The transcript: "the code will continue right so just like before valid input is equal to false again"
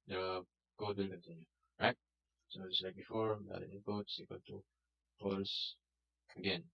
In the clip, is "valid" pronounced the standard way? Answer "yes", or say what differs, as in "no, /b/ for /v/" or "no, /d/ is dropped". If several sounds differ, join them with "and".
no, /d/ is dropped